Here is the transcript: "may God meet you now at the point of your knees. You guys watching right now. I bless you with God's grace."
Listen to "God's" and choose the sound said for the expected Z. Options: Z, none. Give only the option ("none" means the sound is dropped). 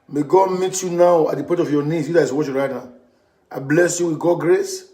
none